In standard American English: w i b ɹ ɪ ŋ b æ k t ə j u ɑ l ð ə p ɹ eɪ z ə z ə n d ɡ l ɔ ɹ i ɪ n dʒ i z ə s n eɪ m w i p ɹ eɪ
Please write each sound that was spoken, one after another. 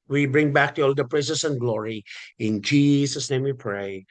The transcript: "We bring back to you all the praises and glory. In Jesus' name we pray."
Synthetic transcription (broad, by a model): w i b ɹ ɪ ŋ b æ k t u ɑ l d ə p ɹ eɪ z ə s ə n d ɡ l ɔ ɹ i ɪ n dʒ i s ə s n eɪ m w i p ɹ eɪ